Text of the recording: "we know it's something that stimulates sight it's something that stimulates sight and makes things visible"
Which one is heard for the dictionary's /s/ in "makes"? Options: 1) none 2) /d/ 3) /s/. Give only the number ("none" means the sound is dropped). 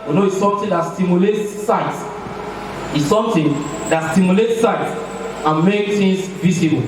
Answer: 1